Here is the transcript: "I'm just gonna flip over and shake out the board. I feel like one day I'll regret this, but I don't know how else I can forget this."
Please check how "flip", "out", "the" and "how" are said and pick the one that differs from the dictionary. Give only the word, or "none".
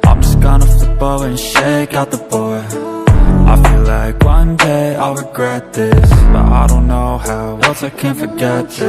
flip